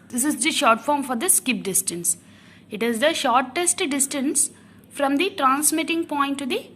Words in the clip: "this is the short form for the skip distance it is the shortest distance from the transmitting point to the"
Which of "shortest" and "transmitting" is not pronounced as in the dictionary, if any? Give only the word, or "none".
none